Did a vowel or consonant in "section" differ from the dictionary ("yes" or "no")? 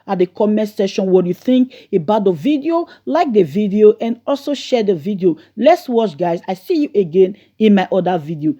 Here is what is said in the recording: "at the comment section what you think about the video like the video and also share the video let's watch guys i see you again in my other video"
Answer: yes